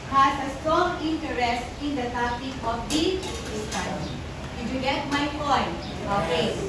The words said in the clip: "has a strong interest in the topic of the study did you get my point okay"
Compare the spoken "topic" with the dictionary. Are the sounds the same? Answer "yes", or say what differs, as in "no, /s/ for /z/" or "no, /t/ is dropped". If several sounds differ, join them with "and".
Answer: no, /k/ is dropped